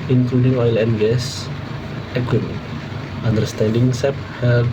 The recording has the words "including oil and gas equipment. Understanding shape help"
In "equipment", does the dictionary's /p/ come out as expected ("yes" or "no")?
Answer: no